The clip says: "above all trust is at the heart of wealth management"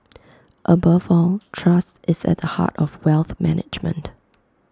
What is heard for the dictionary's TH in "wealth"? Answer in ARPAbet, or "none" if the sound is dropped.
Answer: TH